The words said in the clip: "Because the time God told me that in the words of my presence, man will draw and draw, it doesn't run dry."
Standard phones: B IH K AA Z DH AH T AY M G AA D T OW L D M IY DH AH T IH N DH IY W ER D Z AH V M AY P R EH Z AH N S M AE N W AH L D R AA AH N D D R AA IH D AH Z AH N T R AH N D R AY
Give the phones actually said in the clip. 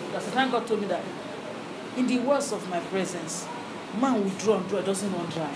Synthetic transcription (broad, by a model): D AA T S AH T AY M G AA D T OW L D M IY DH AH T IH N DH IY W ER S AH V M AY P R EH Z AH N S M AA N W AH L D R AA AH N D D R AA IH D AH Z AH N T W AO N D R AY